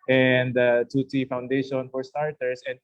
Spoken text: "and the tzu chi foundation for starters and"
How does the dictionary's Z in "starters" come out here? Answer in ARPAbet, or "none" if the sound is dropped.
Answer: S